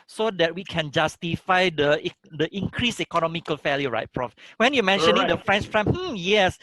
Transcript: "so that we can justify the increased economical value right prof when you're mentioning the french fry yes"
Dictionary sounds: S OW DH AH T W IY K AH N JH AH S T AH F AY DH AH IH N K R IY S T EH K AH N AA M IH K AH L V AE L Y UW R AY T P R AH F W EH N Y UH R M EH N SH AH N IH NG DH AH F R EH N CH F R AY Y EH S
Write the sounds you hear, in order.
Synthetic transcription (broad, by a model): S OW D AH T W IY K AH N JH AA S T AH F AY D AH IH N K R IY S EH K AH N AA M IH K AH L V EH L Y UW R AY T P R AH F W EH N Y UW M EH N SH AH N IH NG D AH F R EH N CH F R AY Y EH S